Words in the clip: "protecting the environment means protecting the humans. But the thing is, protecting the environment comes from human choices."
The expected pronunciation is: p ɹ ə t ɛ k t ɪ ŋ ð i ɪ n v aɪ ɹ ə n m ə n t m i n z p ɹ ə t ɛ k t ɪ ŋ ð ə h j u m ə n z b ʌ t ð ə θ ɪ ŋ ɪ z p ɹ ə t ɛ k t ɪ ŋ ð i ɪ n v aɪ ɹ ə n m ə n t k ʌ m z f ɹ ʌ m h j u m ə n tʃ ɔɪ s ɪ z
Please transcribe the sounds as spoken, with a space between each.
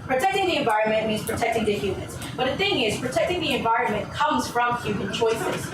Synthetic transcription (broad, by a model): p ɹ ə t ɛ k t ɪ ŋ ð i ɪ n v aɪ ɹ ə n m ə n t m i n z p ɹ ə t ɛ k t ɪ ŋ ð ə h j u m ə n z b ʌ t ð ə θ ɪ ŋ ɪ z p ɹ ə t ɛ k t ɪ ŋ ð i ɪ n v aɪ ɹ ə n m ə n k ʌ m z f ɹ ʌ m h j u m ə n tʃ ɔɪ s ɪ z